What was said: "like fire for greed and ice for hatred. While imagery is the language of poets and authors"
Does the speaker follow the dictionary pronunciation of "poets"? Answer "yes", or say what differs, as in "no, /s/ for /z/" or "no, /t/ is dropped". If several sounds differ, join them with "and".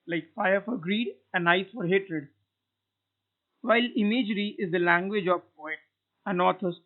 no, /s/ is dropped